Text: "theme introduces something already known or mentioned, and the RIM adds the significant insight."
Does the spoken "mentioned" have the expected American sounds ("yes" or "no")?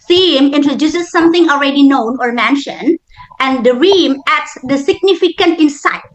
yes